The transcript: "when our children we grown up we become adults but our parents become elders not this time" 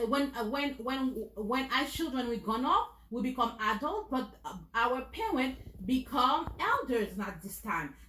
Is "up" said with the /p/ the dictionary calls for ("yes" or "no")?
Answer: no